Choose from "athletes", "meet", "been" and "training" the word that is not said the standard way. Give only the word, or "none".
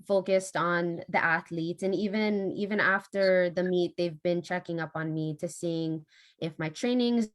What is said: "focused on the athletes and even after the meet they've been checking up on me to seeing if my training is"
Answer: none